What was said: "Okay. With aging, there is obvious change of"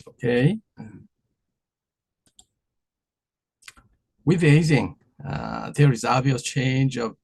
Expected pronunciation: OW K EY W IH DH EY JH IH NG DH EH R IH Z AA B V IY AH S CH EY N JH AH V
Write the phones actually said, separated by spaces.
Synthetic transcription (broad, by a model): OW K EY W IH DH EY Z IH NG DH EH R IH Z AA V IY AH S CH EY N JH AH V